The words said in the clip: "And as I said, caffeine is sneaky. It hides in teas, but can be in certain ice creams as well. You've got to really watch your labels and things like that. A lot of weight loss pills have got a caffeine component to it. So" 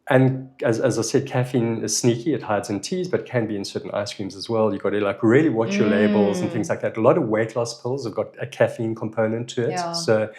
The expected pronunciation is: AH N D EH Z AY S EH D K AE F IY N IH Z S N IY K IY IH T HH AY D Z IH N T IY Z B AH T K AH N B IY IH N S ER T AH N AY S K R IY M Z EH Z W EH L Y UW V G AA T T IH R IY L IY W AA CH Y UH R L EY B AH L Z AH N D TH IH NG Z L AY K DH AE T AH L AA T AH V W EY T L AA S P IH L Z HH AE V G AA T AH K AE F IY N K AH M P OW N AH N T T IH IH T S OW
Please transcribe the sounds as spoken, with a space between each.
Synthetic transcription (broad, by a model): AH N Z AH Z AY S EH D K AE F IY N IH Z S N IY K IY IH T HH AY D Z IH N T IY Z B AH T K AH N B IY IH N S ER T N AY S K R IY M Z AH Z W EH L Y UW G AA T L IH R IY L IY W AA CH Y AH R L EY B AH L Z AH N TH IH NG Z L AY K DH AE T AH L AA T AH V W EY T L AA S P IH L Z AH V G AA T AH K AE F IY N K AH M P OW N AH N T T IH IH T S OW